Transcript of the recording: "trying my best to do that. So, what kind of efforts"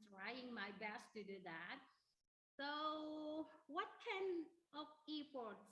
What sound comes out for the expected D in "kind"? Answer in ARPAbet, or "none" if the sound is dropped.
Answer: none